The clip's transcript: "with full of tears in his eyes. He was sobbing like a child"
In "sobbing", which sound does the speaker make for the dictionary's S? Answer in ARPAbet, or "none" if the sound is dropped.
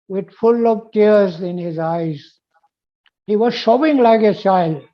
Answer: SH